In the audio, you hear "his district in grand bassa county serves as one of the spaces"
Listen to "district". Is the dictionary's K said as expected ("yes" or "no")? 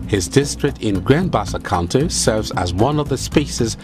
yes